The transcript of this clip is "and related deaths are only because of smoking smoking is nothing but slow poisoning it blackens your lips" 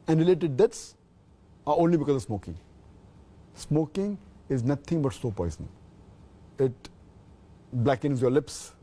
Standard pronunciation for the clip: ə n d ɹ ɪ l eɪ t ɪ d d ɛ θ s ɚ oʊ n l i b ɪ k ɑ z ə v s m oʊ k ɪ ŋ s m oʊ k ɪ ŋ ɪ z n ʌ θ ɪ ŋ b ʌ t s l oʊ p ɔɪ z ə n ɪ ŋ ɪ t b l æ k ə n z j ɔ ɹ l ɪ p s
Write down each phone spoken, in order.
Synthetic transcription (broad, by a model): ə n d ɹ ɪ l eɪ t ɪ d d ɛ t s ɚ oʊ n l i b ɪ k ɑ z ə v s m oʊ k ɪ ŋ s m oʊ k ɪ ŋ ɪ z n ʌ t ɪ ŋ b ʌ t s oʊ p ɔɪ z ə n ɪ ŋ ɪ t b l æ k ə n z j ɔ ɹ l ɪ p s